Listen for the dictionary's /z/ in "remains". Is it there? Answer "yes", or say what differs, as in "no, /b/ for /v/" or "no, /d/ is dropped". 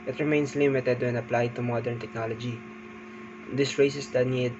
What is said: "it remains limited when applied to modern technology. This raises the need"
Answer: no, /s/ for /z/